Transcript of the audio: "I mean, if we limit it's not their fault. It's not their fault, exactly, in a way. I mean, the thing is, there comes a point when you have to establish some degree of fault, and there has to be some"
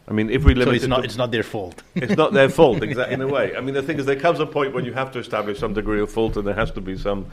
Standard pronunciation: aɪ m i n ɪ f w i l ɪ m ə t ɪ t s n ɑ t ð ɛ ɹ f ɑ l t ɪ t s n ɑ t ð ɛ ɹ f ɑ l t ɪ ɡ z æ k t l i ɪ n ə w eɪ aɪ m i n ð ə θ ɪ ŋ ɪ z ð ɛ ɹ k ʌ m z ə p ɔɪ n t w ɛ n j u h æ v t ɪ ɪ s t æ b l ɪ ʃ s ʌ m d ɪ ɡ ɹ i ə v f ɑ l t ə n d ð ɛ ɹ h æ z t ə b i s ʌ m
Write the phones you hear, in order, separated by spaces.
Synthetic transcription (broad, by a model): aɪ m i n ɪ f w i l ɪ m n ɪ t s n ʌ t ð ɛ ɹ f ɑ l t ɪ t s n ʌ t ð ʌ ɹ f ɑ l t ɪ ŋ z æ t ɪ n ə w eɪ aɪ m i n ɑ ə θ ɪ ŋ ɪ z ð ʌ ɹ k ʌ m z ə p ɔɪ n t w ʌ n j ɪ h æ f t ɪ ɪ s t æ b l ɪ ʃ s ʌ m d ɪ ɡ ɹ i ə v f ɑ l t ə n ð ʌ ɹ h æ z t ə b i s ʌ m